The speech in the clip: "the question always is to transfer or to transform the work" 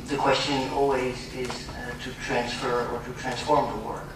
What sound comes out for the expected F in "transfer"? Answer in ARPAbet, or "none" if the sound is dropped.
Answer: F